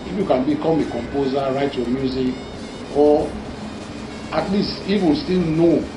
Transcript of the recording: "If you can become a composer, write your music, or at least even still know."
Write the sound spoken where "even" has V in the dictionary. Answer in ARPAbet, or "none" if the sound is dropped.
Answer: F